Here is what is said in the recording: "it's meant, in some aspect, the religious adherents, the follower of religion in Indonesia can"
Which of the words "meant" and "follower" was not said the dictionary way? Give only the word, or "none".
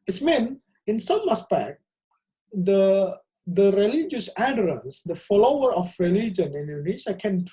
meant